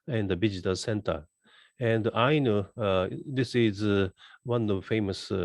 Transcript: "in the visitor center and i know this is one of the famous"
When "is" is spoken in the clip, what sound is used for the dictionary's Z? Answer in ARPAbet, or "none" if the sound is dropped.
Z